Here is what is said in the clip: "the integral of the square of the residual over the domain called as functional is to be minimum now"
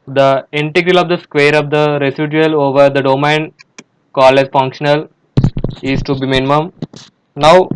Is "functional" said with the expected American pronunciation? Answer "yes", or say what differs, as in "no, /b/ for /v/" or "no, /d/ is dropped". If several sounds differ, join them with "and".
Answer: yes